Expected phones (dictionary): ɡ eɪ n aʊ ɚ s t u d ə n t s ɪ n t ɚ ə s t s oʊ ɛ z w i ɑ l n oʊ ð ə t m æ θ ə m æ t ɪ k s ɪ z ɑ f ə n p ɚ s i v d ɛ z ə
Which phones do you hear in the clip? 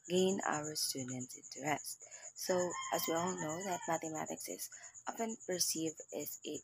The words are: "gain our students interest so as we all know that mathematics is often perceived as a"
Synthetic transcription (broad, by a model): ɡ eɪ n aʊ ɚ s t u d n t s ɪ n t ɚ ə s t s oʊ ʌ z w i ɑ l n oʊ ð ə t m æ θ ə m æ t ɪ k s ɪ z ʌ p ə n p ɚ s i v ɛ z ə